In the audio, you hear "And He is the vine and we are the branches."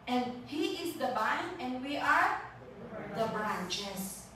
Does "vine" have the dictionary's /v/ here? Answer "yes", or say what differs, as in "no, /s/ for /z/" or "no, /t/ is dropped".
no, /b/ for /v/